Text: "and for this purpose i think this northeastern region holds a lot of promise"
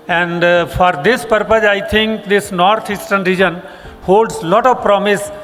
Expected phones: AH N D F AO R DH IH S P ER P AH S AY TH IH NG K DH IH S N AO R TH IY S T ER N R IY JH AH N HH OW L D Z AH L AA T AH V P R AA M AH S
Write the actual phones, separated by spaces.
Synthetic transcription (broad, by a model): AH N D F AO R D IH S P ER P AH S AY T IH NG K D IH S N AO R T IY S T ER N R IY JH AH N HH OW L D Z L AA T AH V P R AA M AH S